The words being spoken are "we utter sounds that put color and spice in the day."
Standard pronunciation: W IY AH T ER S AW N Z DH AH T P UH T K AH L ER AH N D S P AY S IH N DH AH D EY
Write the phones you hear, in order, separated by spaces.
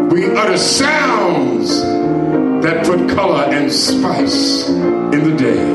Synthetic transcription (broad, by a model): W IY AH T ER S AW N Z DH AH T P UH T K AH L ER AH N S P AY S IH N DH AH D EY